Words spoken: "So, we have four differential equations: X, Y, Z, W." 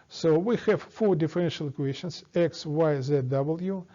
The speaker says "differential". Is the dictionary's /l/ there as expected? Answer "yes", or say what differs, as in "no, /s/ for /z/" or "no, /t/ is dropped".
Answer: yes